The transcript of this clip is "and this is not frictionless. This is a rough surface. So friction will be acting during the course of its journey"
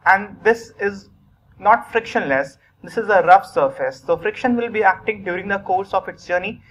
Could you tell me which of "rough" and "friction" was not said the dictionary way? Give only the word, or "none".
none